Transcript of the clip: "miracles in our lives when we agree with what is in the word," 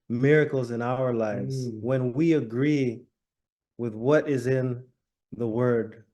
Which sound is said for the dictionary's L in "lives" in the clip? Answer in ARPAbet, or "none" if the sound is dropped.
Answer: L